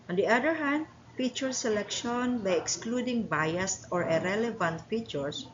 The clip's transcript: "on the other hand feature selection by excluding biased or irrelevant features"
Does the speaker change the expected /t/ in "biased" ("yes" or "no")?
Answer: no